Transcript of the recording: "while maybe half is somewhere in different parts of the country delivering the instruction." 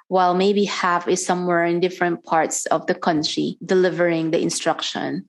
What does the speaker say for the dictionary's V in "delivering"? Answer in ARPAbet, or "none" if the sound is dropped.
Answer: V